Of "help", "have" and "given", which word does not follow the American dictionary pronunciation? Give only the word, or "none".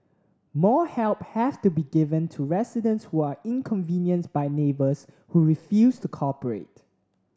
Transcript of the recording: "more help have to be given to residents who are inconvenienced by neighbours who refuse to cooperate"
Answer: have